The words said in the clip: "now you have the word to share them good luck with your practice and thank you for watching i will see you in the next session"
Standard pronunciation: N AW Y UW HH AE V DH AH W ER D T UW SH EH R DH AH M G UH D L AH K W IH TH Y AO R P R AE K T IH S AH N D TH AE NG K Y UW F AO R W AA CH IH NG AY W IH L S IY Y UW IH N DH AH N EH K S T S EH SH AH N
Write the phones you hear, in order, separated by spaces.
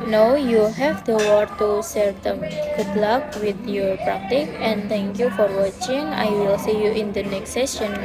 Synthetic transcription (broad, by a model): N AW Y UW HH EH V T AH W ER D T UW S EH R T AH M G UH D L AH K W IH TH Y AO R P R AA K T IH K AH N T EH NG K Y UW F AO R W AA CH IH NG AY W IH L S IY Y UW IH N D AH N EH K S T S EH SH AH N